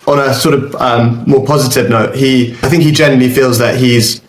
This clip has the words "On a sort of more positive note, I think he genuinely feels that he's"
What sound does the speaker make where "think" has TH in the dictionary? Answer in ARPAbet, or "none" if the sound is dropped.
TH